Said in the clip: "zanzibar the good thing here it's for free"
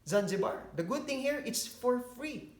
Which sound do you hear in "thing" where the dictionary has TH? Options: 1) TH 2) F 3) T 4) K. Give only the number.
3